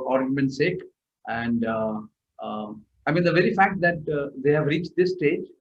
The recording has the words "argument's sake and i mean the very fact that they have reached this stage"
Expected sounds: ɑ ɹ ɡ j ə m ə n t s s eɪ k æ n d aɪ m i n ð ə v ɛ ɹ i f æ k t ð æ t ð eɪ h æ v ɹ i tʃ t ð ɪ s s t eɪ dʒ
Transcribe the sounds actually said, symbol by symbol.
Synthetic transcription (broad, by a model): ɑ ɹ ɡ j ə m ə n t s s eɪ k æ n d aɪ m i n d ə v ɛ ɹ i f æ k t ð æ t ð eɪ h æ v ɹ i tʃ t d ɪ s s t eɪ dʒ